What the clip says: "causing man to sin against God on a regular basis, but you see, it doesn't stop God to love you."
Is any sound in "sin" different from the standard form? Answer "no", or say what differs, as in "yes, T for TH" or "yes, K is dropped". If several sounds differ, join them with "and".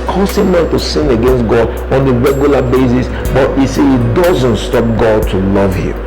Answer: no